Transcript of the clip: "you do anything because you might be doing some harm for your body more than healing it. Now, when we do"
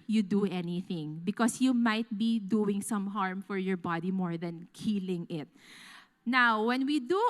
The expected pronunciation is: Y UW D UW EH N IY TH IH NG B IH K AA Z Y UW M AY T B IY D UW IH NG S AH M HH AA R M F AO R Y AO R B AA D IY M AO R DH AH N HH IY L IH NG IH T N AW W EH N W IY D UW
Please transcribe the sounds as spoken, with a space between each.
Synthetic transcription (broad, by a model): Y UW D UW EH N IY TH IH NG B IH K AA S Y UW M AY T B IY D UW IH NG S AH M HH AA R M F AO R Y AO R B AA D IY M AO R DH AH N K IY L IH NG IH T N AW W EH N W IY D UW